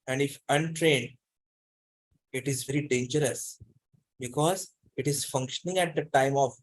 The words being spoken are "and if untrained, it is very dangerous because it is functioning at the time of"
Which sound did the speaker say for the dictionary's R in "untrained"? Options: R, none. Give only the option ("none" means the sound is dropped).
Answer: R